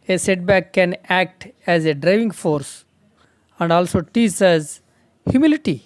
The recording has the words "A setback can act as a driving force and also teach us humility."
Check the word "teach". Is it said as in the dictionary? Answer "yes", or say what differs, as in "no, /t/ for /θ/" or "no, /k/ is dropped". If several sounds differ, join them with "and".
no, /s/ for /tʃ/